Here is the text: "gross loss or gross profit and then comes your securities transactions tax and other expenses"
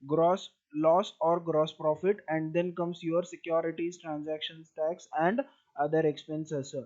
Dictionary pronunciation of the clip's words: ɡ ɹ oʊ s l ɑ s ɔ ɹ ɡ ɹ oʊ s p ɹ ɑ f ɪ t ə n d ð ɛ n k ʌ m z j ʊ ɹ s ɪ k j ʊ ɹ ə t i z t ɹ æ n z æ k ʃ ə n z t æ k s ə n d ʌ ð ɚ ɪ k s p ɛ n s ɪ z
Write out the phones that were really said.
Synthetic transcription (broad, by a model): ɡ ɹ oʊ s l ɑ s ɔ ɹ ɡ ɹ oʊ s p ɹ ɑ f ɪ t ə n d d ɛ n k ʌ m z j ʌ ɹ s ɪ k j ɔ ɹ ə t i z t ɹ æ n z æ k ʃ ə n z t æ k s ə n d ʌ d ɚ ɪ k s p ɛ n s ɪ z